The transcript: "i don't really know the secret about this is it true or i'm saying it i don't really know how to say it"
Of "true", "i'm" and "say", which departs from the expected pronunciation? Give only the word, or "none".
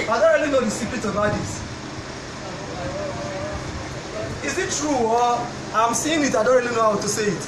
none